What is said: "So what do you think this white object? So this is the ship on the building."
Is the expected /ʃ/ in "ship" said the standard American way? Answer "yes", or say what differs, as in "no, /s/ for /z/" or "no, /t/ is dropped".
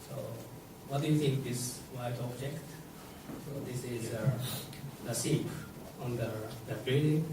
no, /s/ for /ʃ/